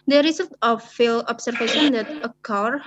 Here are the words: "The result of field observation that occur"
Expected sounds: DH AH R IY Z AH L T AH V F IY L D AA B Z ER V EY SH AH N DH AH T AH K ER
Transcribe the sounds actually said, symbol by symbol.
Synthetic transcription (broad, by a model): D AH R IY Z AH L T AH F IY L AA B S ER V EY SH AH N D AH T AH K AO